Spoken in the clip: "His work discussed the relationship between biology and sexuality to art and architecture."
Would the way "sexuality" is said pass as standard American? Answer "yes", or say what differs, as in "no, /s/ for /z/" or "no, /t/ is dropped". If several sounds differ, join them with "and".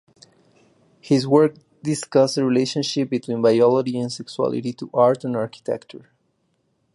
no, /s/ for /ʃ/